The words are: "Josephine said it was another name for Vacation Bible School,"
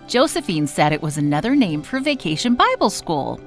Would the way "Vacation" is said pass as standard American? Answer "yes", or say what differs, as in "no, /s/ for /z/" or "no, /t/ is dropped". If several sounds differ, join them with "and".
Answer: yes